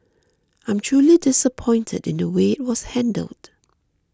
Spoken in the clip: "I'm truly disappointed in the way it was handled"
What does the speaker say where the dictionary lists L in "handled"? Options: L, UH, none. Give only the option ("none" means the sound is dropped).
L